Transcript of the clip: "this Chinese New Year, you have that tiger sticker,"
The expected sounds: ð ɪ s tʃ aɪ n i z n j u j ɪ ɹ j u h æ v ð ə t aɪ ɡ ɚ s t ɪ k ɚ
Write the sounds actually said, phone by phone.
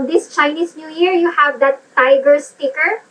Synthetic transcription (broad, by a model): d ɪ s tʃ aɪ n i s n j u j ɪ ɹ j u h æ v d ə t aɪ ɡ ɚ s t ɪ k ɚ